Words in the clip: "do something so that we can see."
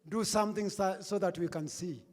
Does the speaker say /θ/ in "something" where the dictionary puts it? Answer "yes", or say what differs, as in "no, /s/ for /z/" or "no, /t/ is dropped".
no, /t/ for /θ/